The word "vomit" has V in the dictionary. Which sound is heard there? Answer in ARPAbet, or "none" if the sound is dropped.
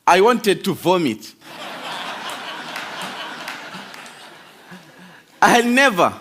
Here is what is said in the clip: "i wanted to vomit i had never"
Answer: V